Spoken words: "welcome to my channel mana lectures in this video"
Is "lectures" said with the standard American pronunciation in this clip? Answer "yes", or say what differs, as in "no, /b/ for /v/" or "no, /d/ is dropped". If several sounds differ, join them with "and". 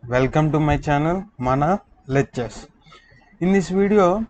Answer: no, /k/ is dropped and /s/ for /z/